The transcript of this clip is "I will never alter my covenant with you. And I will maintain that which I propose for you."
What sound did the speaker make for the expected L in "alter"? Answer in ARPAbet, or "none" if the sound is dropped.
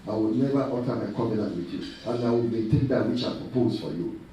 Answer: none